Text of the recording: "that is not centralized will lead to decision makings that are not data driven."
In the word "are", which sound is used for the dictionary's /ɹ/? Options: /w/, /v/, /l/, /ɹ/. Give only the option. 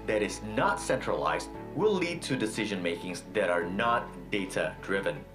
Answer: /ɹ/